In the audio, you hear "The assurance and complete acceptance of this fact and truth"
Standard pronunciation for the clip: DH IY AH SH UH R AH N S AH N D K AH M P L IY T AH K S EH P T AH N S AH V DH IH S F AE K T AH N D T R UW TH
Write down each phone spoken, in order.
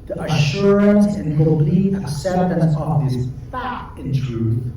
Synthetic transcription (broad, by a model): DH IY AH SH UH R AH N S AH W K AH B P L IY AH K S EH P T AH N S AH V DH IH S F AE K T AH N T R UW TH